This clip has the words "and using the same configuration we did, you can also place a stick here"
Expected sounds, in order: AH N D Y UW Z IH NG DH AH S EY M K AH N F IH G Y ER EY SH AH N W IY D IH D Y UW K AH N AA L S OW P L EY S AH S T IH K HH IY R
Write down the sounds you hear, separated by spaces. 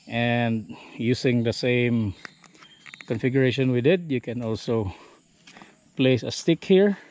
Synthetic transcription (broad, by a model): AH N D Y UW S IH NG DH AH S EY M K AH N F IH G Y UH EY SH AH N W IY D IH D Y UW K AH N AA L S OW P L EY S AH S T IH K HH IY R